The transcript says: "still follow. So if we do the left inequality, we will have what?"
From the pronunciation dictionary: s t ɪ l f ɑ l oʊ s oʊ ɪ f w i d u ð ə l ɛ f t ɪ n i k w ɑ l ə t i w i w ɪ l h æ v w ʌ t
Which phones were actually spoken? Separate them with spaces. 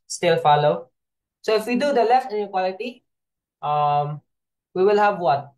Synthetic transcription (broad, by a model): s t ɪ l f ɑ l oʊ s oʊ ɪ f w i d u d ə l ɛ f t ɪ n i k w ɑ l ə t i w i w ɪ l h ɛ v w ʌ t